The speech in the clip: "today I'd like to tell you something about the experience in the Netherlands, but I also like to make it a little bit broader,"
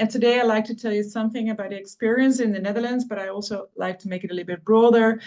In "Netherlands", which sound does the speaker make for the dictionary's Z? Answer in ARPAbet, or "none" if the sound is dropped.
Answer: Z